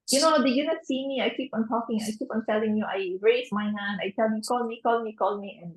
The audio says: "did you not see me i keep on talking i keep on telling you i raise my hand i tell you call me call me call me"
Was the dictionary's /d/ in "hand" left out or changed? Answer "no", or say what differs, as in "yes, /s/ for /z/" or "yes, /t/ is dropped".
yes, /d/ is dropped